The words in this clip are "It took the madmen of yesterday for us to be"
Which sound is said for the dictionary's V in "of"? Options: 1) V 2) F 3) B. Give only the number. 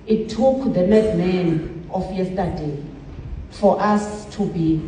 2